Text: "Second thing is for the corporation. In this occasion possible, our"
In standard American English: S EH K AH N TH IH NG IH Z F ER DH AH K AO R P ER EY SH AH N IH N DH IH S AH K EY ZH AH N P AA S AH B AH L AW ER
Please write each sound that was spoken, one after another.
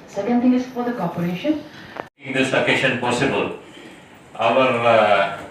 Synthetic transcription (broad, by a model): S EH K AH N T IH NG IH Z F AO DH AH K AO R P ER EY SH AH N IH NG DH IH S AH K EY SH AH N P AA S AH B AH L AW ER